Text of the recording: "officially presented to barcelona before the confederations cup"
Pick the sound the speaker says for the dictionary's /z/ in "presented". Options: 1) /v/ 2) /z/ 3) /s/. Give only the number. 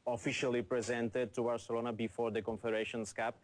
2